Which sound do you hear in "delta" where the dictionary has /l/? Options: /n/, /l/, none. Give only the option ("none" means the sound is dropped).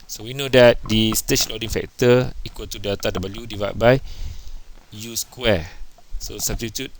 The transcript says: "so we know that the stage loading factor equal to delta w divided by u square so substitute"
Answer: none